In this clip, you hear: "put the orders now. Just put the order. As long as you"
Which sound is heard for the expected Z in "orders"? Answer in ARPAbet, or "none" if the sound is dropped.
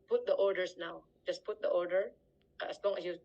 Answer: S